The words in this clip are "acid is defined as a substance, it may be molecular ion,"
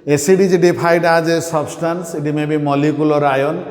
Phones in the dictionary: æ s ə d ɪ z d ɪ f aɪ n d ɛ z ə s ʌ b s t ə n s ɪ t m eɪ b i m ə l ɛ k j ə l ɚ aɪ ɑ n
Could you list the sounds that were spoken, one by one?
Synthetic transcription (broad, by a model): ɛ s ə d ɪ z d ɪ p aɪ d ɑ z ə s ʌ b s t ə n s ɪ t m eɪ b i m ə l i k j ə l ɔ aɪ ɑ n